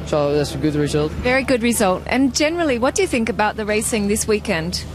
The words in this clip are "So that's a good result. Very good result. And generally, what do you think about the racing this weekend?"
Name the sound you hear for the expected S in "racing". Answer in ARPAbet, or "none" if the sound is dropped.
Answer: S